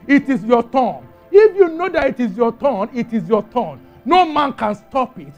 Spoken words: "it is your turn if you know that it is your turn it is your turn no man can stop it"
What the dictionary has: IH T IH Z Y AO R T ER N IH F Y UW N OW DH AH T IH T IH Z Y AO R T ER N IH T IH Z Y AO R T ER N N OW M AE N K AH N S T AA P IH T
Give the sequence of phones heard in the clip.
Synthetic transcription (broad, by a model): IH T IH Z Y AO T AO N IH F Y UW N OW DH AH T IH T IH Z Y AO T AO N IH T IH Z Y AO T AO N N OW M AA N K AH N S T AA P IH T